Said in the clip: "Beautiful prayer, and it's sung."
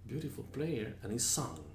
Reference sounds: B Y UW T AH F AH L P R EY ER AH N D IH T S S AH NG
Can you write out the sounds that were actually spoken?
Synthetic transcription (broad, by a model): B Y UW T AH F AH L P L EY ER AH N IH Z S S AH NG